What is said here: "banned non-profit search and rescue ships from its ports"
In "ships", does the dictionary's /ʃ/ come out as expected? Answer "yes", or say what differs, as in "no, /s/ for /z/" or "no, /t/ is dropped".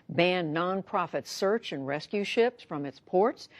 yes